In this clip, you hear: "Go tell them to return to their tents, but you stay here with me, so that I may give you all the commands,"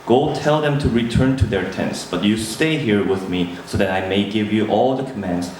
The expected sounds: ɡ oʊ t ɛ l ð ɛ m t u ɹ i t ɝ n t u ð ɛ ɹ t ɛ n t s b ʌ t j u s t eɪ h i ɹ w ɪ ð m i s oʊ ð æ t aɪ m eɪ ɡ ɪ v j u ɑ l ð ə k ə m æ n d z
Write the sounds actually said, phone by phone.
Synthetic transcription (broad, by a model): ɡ oʊ t ɛ l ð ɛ m t u ɹ i t ɝ n t u ð ɛ ɹ t ɛ n t s b ʌ t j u s t eɪ h i ɹ w ɪ ð m i s oʊ ð æ t aɪ m eɪ ɡ ɪ v j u ɑ l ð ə k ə m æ n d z